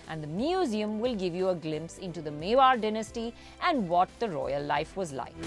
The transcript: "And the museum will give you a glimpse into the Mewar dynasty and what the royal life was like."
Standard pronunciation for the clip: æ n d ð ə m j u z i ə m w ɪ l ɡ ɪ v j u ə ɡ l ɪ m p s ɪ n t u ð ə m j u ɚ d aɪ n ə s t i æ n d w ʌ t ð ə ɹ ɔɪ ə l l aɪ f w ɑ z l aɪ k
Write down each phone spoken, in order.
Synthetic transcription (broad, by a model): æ n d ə m j u z i ə m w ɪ l ɡ ɪ v j u ə ɡ l ɪ m p s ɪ n t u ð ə m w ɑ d d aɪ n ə s t i æ n d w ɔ t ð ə ɹ ɔɪ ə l l aɪ f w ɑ z l aɪ k